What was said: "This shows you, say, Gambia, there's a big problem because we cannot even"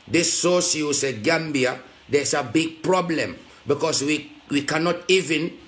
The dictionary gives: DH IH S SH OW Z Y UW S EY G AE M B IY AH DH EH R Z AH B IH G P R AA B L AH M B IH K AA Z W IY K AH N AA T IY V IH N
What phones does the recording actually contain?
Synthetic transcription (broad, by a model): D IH S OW S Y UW S EY G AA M B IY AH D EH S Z AH B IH G P R AA B L AH M B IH K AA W W IY K AH N AA T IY V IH N